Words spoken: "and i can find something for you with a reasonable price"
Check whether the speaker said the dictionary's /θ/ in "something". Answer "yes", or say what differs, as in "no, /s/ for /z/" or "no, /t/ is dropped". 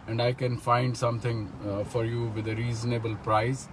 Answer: no, /t/ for /θ/